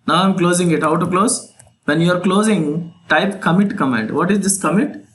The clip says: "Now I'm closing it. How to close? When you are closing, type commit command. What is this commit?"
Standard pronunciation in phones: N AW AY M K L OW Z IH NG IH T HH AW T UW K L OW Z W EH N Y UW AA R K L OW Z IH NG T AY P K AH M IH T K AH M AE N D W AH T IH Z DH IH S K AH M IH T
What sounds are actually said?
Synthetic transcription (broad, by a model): N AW AY M K L OW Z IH NG IH T HH AW T UW K L OW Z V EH N Y UW AA R K L OW Z IH NG T AY P K AH M IH T K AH M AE D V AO T IH Z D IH S K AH M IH T